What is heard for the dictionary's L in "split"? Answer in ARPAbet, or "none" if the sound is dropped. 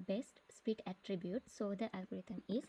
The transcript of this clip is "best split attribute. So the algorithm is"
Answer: none